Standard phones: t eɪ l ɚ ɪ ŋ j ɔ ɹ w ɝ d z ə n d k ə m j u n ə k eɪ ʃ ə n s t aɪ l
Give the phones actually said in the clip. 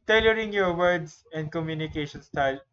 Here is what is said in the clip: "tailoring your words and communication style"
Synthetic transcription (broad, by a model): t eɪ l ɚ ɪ ŋ j ɔ ɹ w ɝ d s ə n d k ə m j u n ə k eɪ ʃ ə n s t aɪ l